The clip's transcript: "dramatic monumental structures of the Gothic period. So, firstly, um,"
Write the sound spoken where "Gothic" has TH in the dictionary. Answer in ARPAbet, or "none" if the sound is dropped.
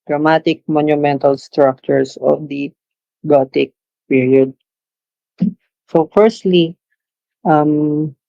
T